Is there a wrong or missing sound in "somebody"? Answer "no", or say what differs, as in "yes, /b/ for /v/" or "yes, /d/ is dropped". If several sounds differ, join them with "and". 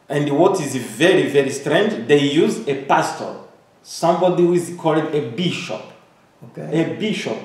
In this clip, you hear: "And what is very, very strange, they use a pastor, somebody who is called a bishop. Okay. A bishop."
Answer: no